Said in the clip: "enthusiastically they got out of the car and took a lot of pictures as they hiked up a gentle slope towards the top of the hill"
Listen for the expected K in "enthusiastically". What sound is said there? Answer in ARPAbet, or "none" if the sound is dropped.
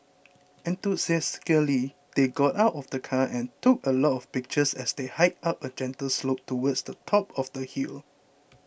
none